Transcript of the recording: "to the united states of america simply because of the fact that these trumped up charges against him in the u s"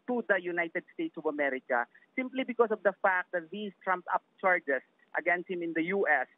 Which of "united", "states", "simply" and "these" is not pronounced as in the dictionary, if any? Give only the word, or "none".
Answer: these